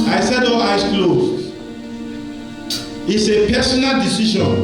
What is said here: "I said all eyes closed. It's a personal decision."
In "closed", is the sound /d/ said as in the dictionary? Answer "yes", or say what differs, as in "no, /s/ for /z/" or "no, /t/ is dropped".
no, /d/ is dropped